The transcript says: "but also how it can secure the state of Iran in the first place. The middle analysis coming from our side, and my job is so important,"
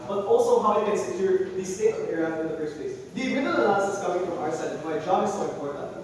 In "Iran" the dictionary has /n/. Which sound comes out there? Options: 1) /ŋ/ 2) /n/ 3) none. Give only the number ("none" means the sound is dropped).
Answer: 3